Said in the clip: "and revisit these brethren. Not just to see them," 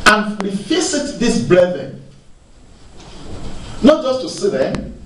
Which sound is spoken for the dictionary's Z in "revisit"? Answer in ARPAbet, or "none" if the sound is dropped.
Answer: S